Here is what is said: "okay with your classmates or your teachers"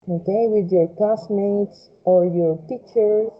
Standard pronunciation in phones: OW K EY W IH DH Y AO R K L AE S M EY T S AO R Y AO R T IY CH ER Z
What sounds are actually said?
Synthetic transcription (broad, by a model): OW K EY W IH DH Y AO R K AE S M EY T S AO R Y AO R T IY CH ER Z